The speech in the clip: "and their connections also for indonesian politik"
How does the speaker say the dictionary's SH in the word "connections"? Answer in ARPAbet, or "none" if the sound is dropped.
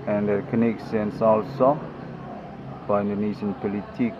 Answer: S